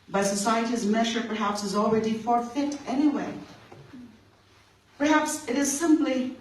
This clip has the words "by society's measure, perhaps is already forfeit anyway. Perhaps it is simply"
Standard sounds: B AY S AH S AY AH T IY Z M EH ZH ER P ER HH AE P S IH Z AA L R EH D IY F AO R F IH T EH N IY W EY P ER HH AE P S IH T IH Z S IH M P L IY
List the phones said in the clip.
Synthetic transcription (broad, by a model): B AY S AH S AY AH T IY Z M EH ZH ER P ER HH AE P S IH Z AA L R EH D IY F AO R F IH T EH N IY W EY P ER HH AE P S IH T IH Z S IH M P L IY